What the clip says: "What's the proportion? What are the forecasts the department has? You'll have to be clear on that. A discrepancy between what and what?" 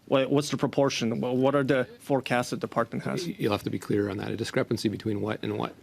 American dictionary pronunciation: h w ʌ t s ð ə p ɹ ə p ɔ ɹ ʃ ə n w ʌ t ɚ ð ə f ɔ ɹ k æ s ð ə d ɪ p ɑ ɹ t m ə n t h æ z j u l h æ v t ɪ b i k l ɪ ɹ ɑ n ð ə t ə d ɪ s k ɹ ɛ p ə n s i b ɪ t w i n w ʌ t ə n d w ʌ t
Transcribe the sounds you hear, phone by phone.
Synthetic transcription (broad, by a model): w w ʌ t s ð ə p ɹ ə p ɔ ɹ ʃ ə n w ʌ t ɚ ð ə f ɔ ɹ k æ s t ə d ɪ p ɑ ɹ t m ə n t h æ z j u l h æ f t ɪ b i k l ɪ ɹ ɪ n ð ə t ə d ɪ s k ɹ ɛ p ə n s i b ɪ t w i n w ʌ t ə n w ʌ t